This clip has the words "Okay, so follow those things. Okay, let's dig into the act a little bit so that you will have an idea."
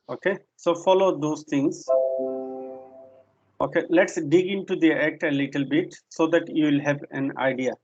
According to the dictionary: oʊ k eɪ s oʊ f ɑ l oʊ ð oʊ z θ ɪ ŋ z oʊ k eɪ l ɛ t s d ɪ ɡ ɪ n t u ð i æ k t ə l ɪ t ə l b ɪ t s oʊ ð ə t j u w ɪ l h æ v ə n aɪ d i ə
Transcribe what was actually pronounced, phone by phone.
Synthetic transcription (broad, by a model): oʊ k eɪ s oʊ f ɑ l oʊ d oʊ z t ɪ ŋ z oʊ k eɪ l ɛ t s d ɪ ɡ ɪ n t u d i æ k t ə l ɪ t ə l b ɪ t s oʊ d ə t j u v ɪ l h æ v ə n aɪ d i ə